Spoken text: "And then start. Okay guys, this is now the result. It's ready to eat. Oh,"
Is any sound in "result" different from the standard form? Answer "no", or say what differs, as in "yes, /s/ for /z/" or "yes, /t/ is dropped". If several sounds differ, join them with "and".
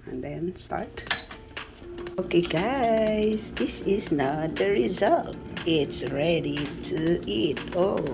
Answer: no